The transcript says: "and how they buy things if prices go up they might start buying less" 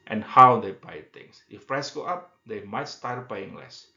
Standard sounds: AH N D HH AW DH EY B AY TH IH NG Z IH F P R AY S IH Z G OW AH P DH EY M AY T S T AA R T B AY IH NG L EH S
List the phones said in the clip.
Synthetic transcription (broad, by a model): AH N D HH AW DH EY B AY T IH NG S IH F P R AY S G OW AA P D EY M AY T S T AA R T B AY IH NG L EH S